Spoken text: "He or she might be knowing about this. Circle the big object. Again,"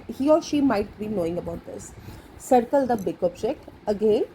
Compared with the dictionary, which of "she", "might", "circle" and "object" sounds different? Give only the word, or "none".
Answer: object